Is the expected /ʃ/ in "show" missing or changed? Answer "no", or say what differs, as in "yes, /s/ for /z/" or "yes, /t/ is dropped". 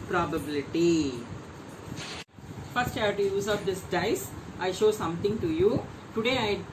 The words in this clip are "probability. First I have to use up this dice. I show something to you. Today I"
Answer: no